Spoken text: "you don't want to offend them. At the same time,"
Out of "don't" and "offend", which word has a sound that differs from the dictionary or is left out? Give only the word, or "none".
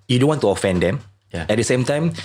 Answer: none